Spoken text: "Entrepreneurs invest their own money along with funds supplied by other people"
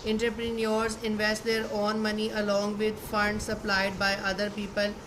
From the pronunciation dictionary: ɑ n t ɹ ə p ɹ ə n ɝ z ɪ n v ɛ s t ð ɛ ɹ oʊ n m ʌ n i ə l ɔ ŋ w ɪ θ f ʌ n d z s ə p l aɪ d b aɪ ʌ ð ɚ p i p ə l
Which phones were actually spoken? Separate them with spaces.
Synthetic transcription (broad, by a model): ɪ n t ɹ p ɹ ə n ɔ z ɪ n v ɛ s t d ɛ ɹ oʊ n m ʌ n i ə l ɔ ŋ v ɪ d f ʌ n d s ə p l aɪ d b aɪ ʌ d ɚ p i p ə l